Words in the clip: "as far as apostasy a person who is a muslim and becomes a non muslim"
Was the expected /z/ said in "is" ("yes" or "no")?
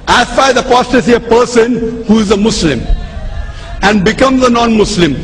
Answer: yes